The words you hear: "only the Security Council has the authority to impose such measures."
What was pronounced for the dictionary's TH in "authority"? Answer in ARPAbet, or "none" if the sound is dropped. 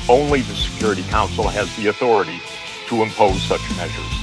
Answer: TH